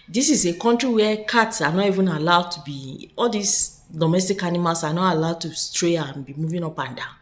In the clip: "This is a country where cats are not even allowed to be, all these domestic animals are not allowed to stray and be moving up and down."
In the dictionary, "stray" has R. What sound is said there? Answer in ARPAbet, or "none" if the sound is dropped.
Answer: R